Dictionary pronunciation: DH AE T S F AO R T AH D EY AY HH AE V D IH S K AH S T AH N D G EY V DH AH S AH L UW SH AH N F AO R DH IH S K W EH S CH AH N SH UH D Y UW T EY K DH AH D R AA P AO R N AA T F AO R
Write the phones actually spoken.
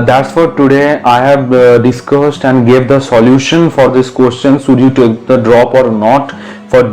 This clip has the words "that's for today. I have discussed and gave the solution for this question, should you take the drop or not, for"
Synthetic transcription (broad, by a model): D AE T S F AO R T AH D EY AY HH AE V D IH S K AH S T AH N D G EY V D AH S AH L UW SH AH N F AO R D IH S K W EH S CH AH N S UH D Y UW T EY K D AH D R AA P AO R N AA T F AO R